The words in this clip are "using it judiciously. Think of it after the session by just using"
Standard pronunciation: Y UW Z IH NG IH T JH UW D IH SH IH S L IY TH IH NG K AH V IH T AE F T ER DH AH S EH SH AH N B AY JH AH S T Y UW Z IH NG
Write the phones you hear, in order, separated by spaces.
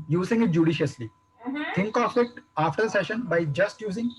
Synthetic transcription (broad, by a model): Y UW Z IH NG IH T JH UW D IH SH IH S L IY T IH NG K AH F IH T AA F T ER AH S EH SH AH N B AY JH AH S T Y UW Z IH NG